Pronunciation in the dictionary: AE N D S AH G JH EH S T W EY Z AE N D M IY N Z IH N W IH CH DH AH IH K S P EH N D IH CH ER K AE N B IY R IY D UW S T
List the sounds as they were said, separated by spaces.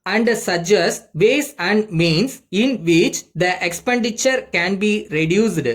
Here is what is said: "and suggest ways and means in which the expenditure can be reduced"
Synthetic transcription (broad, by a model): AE N D S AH JH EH S T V EY S AE N D M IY N S IH N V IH CH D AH IH K S P EH N D IH CH ER K AE N B IY R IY D UW S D